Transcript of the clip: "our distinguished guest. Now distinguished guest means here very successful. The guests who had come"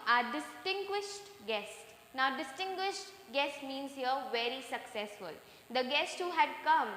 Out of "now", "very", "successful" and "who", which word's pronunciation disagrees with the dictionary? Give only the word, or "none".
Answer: none